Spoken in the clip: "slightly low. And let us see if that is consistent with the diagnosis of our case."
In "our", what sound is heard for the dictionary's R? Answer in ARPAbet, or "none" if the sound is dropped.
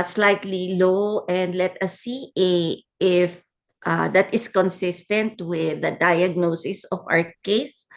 W